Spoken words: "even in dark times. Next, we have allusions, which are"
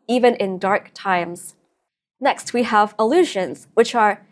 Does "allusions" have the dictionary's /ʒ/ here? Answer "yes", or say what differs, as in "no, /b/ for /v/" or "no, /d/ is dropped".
yes